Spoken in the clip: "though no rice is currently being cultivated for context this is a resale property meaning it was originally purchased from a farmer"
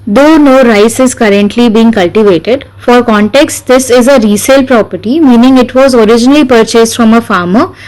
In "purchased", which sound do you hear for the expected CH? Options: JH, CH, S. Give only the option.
CH